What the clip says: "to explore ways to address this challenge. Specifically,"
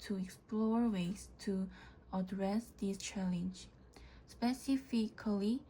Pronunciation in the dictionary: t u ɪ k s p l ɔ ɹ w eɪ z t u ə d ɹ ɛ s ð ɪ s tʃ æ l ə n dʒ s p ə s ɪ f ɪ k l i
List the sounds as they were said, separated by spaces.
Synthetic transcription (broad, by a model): t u ɪ k s p l ɔ ɹ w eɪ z t u ə d ɹ ɛ s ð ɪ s tʃ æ l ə n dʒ s p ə s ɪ f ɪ k l i